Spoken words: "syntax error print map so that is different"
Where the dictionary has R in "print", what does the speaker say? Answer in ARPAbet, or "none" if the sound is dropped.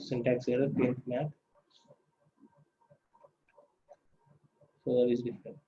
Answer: none